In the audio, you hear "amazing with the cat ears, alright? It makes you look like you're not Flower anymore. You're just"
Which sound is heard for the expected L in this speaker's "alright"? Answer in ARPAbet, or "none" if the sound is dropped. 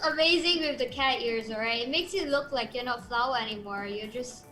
none